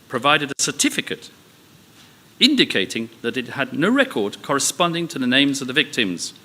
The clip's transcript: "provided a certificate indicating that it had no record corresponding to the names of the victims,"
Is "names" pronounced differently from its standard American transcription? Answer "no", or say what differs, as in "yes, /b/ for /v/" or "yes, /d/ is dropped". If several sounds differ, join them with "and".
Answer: no